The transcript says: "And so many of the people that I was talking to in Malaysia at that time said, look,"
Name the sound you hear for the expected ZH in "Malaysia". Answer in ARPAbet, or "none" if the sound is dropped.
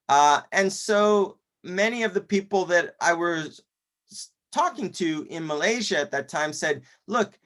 ZH